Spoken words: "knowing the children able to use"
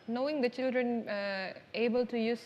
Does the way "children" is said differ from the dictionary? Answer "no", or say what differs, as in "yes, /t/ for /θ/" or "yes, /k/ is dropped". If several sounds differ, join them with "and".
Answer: no